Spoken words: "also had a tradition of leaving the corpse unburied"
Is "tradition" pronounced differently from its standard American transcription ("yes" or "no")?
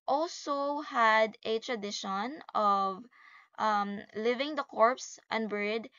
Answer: no